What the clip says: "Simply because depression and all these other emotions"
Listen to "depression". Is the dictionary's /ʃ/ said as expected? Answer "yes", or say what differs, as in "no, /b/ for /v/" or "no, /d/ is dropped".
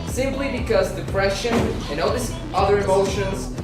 yes